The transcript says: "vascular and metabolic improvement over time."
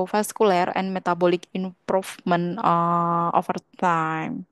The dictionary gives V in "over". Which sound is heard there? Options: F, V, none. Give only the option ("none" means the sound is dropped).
F